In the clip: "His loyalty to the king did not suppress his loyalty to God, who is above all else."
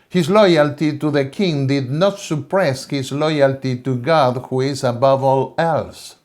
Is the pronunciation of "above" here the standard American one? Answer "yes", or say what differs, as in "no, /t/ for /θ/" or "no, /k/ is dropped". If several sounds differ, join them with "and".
yes